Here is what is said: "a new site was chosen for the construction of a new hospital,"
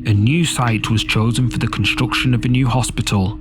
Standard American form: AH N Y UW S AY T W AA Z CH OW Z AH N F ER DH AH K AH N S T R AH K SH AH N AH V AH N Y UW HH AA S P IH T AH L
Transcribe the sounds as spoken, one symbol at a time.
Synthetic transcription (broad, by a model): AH N Y UW S AY T W AA Z CH OW Z AH N F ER DH AH K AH N S T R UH K SH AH N AH V AH N Y UW HH AA S P IH T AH L